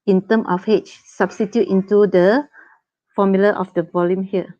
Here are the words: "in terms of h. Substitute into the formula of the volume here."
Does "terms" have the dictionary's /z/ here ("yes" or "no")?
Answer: no